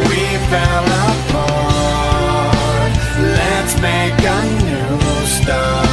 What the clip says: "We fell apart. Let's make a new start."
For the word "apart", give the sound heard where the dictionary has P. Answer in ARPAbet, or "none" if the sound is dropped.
F